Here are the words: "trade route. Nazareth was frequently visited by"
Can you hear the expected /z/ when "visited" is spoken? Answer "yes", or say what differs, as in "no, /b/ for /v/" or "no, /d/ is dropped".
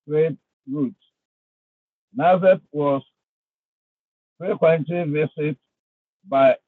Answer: no, /s/ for /z/